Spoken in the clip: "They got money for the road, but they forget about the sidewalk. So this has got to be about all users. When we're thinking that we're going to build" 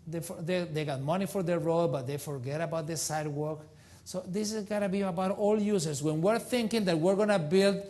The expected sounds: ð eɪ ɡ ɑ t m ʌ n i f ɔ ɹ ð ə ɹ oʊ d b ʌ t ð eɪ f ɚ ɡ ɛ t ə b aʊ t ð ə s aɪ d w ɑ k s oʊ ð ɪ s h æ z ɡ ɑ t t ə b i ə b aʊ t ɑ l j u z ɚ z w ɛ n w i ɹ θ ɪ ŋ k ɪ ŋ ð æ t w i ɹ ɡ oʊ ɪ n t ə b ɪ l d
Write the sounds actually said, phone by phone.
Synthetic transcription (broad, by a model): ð eɪ ɡ ɑ t m ʌ n i f ɔ ɹ ð ə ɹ oʊ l b ʌ t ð eɪ f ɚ ɡ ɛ t ə b aʊ t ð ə s aɪ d w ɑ k s oʊ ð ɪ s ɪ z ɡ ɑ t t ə b i ə b aʊ t ɑ l j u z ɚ s w ɛ n w i ɹ θ ɪ ŋ k ɪ ŋ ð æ t w i ɹ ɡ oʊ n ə b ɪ l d